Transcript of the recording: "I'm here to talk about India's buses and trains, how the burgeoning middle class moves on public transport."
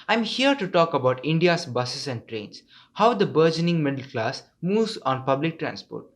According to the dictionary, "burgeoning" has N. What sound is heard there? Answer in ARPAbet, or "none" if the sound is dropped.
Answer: N